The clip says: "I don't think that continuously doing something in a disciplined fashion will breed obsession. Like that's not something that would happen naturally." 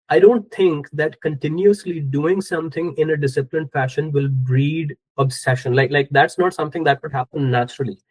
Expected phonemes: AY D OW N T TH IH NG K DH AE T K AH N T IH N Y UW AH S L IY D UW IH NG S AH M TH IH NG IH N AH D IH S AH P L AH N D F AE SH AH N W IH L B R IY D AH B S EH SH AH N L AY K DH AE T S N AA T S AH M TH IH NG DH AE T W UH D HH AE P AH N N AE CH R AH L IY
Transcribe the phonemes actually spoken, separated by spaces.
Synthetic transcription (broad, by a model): AY D OW N T T IH NG K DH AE T K AH N T IH N Y UW AH S L IY D UW IH NG S AH M T IH NG IH N AH D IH S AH P L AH N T F AE SH AH N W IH L B R IY D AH B S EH SH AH N L AY K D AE T S N AA T S AH M T IH NG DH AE T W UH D HH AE P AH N N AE CH R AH L IY